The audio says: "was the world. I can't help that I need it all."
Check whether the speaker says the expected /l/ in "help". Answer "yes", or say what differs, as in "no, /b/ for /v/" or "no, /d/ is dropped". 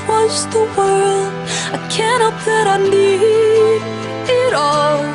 no, /l/ is dropped